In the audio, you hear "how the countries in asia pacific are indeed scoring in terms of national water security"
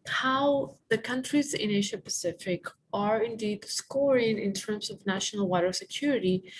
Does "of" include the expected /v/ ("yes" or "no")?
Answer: yes